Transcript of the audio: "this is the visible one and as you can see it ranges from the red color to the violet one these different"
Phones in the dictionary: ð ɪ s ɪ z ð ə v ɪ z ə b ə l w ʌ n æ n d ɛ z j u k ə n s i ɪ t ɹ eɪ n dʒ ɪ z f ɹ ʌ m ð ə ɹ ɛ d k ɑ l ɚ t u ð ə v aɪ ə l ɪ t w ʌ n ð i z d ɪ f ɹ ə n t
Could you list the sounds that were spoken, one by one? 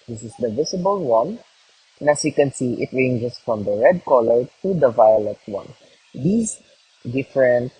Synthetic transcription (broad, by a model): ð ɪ s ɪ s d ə v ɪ s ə b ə l w ʌ n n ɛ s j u k ə n s i ɪ t ɹ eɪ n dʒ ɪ s f ɹ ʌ m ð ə ɹ ɛ d k ɑ l ɚ t u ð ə v aɪ ə l ɪ t w ʌ n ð i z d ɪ f ɹ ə n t